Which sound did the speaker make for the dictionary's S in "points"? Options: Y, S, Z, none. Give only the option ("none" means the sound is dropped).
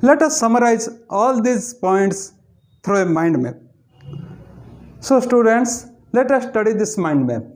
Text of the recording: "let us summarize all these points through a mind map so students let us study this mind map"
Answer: S